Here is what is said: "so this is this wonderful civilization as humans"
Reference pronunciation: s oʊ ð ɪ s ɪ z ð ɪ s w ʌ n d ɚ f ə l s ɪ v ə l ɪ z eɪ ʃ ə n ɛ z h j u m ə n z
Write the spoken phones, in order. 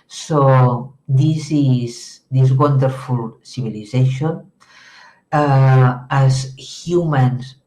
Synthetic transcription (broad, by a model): s oʊ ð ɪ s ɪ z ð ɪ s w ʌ n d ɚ f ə l s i b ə l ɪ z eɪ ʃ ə n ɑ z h j u m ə n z